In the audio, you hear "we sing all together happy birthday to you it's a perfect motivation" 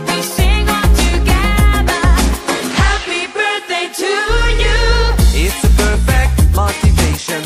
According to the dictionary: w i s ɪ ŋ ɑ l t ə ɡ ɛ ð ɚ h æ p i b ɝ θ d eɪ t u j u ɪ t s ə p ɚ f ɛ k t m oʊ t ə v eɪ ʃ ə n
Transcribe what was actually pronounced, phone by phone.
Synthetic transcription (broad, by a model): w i s ɪ ŋ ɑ n t ə ɡ ɛ ð ɚ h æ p i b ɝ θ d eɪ t u j u ɪ t s ə p ɚ f ɛ k t m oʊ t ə v eɪ ʃ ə n